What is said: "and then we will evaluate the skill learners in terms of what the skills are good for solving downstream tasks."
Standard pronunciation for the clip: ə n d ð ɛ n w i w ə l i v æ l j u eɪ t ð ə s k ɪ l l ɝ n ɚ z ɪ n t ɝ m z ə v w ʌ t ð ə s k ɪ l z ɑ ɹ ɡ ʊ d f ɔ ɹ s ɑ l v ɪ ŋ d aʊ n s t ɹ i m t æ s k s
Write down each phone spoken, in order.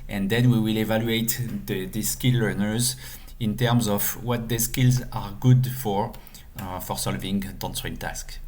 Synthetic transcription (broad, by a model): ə n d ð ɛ n w i w ə l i v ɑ l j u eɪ t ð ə s k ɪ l l ɝ n ɚ z ɪ n t ɝ m z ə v w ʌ t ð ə s k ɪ l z ɑ ɹ ɡ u d f ɔ ɹ s ɑ l v ɪ ŋ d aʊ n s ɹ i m t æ s k